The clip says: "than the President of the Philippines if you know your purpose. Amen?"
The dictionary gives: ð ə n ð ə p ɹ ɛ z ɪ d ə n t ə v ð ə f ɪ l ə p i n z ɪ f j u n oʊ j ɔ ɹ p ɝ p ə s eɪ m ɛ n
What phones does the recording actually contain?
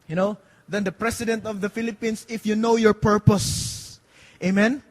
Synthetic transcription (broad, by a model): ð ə n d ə p ɹ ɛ s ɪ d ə n t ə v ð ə f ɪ l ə p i n s ɪ f j u n oʊ j ɔ ɹ p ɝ p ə s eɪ m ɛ n